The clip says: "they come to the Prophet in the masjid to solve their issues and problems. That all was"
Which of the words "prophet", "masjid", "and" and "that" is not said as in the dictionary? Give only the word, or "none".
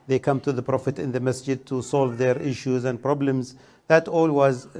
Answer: none